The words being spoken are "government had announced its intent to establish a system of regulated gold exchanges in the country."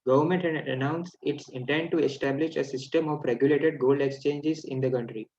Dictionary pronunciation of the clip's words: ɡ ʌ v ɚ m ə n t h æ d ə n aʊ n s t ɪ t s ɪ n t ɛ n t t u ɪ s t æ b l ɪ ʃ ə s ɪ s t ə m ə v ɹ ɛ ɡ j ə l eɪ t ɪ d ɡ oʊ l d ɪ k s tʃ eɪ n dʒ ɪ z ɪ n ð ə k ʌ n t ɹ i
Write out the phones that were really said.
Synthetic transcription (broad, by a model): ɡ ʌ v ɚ m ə n t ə n aʊ n s ɪ t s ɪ n t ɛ n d t u ɪ s t æ b l ɪ ʃ ə s ɪ s t ə m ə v ɹ ɛ ɡ j ə l eɪ t ɪ d ɡ oʊ l d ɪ k s tʃ eɪ n dʒ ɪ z ɪ n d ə k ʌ n t ɹ i